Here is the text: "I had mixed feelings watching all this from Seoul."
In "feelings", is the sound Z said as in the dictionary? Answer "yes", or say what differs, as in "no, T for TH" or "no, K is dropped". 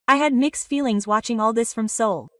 yes